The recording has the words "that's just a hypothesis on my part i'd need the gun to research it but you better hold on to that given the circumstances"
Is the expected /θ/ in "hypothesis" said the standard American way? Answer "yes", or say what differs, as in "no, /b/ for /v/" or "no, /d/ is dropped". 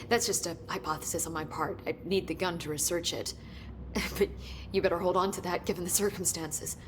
yes